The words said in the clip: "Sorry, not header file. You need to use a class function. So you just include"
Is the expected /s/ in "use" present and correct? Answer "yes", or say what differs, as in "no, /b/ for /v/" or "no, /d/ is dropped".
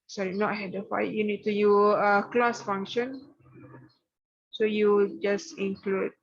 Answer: no, /s/ is dropped